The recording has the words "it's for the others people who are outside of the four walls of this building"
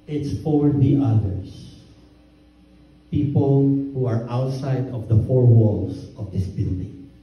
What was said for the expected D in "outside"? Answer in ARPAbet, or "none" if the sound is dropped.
D